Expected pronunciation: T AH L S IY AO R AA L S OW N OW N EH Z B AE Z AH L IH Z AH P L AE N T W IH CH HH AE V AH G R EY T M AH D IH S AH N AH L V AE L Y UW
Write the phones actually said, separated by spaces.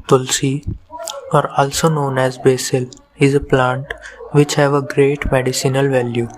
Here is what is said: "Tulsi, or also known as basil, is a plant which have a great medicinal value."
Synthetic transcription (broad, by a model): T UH L S IY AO R AA L S OW N OW N EH Z B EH S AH L IH Z AH P L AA N T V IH CH HH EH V AH G R EY T M AH D IH S AH N AH L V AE L Y UW